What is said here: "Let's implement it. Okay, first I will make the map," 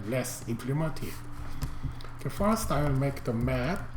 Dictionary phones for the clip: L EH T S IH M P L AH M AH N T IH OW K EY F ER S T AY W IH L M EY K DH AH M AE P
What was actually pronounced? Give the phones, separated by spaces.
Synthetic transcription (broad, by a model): L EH S IH M P L AH M AH N T IH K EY F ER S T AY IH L M EY K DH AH M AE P